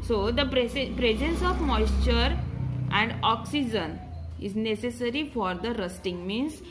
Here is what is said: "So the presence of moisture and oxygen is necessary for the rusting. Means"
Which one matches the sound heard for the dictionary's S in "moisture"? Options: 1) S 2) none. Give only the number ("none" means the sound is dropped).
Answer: 1